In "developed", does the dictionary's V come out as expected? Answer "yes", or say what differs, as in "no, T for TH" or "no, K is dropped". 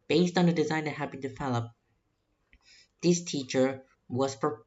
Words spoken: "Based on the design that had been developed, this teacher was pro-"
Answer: no, F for V